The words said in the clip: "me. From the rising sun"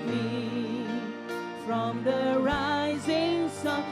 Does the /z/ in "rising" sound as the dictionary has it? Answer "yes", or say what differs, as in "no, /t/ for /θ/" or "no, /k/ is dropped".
yes